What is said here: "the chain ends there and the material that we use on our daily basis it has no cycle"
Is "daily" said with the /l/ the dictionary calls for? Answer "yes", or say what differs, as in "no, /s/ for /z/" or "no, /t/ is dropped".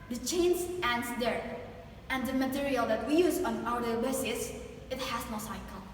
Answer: no, /l/ is dropped